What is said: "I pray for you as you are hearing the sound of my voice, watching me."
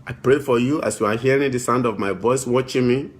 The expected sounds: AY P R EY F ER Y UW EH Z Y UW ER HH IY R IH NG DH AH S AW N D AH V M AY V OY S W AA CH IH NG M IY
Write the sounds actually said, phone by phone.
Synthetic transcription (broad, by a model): AY P R EY F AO Y UW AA S Y UW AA HH IY R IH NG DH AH S AW N D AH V M AY V OY S W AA CH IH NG M IY